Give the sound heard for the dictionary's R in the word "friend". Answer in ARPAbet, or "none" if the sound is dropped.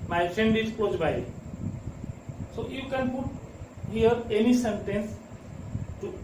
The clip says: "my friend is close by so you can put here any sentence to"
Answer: none